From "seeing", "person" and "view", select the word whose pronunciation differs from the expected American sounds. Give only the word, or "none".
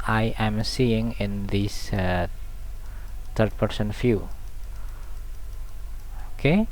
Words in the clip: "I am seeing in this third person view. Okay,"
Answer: view